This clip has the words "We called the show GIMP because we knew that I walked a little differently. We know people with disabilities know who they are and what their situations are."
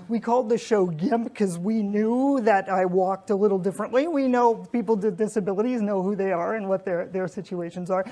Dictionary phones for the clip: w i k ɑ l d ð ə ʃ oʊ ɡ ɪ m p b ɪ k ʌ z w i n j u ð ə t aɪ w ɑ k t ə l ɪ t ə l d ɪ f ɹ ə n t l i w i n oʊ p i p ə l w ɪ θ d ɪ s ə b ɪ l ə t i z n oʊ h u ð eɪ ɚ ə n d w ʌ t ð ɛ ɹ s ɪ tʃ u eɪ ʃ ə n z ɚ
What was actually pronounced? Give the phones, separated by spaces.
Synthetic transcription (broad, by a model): w i k ɑ l d ð ə ʃ oʊ ɡ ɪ m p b k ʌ z w i n j u ð ə t aɪ w ɑ k t ə l ɪ t l d ɪ f ɹ ə n t l i w i n oʊ p i p l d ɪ d ɪ s ə b ɪ l ə t i z n oʊ h u ð eɪ ɚ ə n w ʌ t ð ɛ ɹ s ɪ tʃ u eɪ ʃ ə n z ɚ